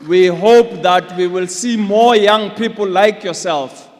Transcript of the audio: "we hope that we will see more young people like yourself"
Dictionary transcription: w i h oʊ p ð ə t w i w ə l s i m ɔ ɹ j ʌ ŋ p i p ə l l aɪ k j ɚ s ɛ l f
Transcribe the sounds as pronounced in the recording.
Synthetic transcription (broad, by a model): w i h oʊ p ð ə t w i w ə l s i m ɔ j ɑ ŋ p i p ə l l aɪ k j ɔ s ɛ l f